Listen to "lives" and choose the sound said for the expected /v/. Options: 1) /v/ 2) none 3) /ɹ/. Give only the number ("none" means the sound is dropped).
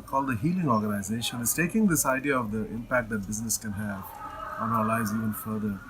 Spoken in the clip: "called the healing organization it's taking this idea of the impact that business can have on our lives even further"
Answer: 2